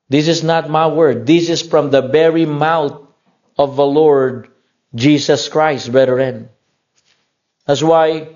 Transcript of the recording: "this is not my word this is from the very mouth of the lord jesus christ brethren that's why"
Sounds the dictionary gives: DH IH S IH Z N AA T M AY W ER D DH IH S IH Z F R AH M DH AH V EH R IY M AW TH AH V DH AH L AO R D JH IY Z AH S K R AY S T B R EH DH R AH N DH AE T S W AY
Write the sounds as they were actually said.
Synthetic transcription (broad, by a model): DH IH S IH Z N AA T M AY W ER D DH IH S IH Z F R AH M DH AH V EH R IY M AW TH AH V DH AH L AO R D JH IY S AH S K R AY S T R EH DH R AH N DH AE T S W AY